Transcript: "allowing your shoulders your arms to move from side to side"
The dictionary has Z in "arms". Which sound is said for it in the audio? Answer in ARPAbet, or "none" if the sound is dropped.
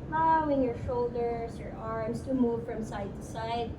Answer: S